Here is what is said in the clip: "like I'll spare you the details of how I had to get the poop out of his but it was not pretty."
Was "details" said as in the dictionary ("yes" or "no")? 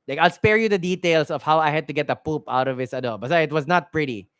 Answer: no